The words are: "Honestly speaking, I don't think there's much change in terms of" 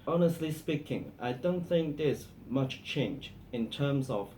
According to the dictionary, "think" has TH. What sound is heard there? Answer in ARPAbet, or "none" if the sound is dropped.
TH